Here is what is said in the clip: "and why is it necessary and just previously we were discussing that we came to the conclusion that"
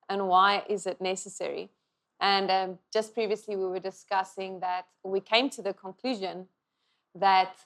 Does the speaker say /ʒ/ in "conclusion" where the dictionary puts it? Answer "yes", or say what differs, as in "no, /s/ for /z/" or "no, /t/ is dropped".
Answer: yes